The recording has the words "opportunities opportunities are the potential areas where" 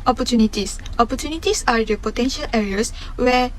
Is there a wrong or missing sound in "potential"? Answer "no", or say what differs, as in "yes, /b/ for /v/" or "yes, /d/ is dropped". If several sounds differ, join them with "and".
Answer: no